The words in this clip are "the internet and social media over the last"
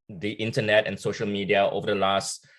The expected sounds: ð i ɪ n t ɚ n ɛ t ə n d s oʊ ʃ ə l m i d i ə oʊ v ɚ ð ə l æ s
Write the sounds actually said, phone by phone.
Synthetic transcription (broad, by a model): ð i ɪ n t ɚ n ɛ t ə n s oʊ ʃ ə l m i d i ə oʊ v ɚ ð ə l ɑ s